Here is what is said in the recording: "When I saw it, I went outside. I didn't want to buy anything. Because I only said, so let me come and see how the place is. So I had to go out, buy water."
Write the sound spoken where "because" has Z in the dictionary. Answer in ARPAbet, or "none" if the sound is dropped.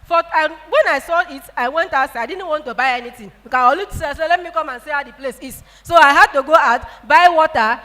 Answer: none